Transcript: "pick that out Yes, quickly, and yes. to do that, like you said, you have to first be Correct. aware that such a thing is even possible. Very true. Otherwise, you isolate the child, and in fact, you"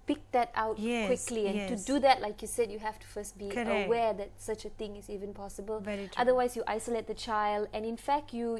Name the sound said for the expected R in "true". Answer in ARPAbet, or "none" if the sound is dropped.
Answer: none